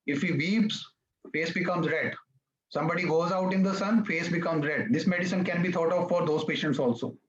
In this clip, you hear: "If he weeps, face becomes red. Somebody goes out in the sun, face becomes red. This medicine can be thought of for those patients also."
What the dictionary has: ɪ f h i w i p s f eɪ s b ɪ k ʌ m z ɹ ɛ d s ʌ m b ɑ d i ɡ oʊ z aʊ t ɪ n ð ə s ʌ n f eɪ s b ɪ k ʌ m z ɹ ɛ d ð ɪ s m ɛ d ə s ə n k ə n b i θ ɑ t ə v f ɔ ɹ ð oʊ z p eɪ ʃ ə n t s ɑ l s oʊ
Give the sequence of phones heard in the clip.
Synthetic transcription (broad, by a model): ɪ f h i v i p s f eɪ s b ɪ k ʌ m z ɹ ɛ d s ʌ m b ɑ d i ɡ oʊ z aʊ t ɪ n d ə s ʌ n f eɪ s b ɪ k ʌ m z ɹ ɛ d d ɪ s m ɛ d ə s ə n k ə n b i t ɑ t ə v f ɔ ɹ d oʊ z p eɪ ʃ ə n t s ɑ l s oʊ